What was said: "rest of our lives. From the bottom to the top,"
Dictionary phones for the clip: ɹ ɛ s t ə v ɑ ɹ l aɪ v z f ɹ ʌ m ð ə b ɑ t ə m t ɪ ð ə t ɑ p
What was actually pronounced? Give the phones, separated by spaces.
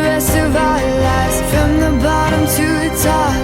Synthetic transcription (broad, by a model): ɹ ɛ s ə v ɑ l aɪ z f ɹ ʌ m ð ə b ɑ t ə m t ɪ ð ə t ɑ